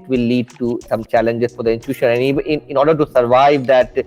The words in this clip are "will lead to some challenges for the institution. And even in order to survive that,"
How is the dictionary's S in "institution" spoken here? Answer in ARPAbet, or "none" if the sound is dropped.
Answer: none